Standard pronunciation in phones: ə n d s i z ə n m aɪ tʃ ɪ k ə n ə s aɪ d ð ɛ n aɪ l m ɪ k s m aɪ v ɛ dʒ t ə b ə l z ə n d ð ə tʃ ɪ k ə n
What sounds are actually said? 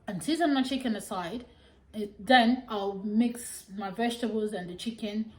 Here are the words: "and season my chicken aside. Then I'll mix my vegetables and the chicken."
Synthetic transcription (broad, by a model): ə n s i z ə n m aɪ tʃ ɪ k ə n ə s aɪ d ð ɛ n aɪ l m ɪ k s m aɪ v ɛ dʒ t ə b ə l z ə n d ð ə tʃ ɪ k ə n